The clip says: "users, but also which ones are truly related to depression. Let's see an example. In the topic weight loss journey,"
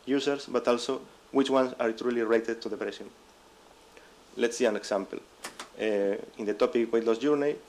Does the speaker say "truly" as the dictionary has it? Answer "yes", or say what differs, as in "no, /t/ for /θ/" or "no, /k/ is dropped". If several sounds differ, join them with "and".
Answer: yes